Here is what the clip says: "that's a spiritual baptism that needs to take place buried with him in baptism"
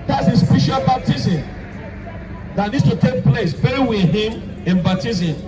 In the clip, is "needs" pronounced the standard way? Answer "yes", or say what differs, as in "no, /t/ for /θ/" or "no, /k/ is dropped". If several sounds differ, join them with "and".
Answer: no, /s/ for /z/